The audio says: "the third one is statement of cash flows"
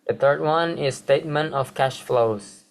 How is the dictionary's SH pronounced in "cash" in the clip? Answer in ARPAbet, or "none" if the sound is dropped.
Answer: SH